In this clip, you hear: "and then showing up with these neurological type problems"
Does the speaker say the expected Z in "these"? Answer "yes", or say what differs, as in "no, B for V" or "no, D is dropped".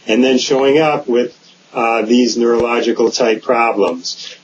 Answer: yes